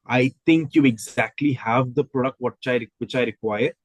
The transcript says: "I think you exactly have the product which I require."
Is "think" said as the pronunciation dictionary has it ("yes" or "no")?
no